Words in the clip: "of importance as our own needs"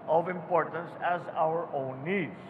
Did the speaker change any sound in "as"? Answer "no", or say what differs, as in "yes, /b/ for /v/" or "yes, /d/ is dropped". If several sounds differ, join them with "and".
no